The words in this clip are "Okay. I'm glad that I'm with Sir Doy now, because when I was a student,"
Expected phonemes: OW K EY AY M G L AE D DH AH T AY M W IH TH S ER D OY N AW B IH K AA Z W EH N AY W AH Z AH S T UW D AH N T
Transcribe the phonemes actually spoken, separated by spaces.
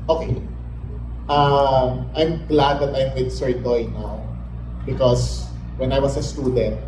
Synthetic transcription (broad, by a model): OW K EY AY M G L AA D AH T AY M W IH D S ER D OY N AW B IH K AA S W EH N AY W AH S AH S T UW D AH N T